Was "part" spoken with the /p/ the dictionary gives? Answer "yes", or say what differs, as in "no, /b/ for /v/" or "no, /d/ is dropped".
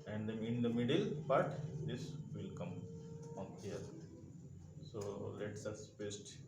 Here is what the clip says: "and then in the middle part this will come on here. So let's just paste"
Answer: no, /b/ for /p/